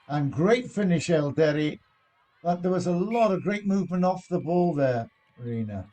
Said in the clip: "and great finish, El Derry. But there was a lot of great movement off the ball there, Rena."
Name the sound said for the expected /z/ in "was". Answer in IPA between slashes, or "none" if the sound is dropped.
/z/